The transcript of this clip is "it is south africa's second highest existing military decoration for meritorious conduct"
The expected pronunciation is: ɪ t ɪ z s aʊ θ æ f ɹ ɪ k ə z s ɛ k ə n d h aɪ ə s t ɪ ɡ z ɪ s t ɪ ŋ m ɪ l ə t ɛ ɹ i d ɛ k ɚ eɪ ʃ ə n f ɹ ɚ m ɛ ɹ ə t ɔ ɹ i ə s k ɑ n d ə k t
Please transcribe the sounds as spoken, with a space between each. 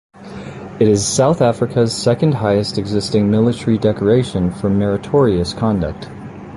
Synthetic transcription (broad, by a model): ɪ t ɪ z s aʊ θ æ f ɹ ɪ k ə z s ɛ k ə n d h aɪ ə s t ɪ ɡ z ɪ s t ɪ ŋ m ɪ l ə t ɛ ɹ i d ɛ k ɚ eɪ ʃ ə n f ɹ ɚ m ɛ ɹ ə t ɔ ɹ i ə s k ɑ n d ə k t